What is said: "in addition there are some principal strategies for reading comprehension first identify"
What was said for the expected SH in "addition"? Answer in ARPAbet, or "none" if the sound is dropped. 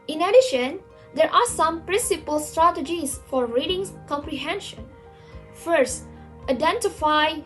SH